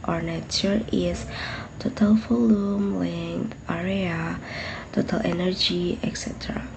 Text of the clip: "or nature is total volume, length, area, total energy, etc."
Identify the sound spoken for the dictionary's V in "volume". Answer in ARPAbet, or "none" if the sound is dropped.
F